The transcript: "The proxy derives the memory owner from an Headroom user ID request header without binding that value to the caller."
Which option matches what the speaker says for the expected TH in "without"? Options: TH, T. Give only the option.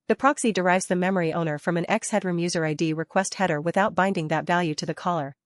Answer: TH